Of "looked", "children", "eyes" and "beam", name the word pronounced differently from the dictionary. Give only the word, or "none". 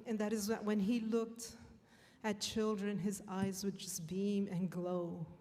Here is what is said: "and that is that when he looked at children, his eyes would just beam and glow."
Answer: none